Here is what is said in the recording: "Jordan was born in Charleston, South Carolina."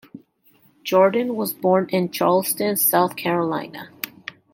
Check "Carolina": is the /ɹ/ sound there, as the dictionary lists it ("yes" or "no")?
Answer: yes